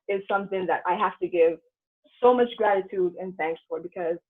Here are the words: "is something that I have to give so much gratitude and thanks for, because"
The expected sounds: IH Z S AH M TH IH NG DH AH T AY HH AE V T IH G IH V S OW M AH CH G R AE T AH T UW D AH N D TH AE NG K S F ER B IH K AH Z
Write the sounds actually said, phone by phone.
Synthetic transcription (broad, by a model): IH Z S AH M TH IH NG DH AH T AY HH AE F T IH G IH V S OW M AH CH G R AE T AH T UW D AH N TH AE NG K S F ER B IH K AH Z